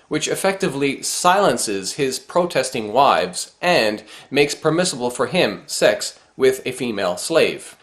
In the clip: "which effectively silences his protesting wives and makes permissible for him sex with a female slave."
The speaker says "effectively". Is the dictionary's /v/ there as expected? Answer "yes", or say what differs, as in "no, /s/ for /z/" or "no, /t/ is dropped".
yes